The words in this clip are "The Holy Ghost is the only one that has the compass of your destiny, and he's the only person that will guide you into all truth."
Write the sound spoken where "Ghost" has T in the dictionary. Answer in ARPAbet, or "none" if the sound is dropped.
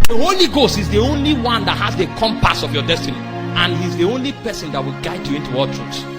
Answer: T